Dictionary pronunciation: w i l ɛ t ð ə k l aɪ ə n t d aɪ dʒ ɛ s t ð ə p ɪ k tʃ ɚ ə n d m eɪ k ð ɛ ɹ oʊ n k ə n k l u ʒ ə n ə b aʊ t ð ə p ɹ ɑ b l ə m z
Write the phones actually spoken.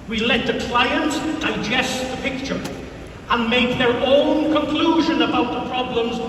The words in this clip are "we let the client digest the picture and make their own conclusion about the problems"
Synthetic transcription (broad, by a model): w i l ɛ t ð ə k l aɪ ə n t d aɪ dʒ ɛ s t ð ə p ɪ k tʃ ɚ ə n m eɪ k ð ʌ ɹ oʊ n k ə n k l u ʒ ə n ə b aʊ t ð ə p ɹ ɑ b l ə m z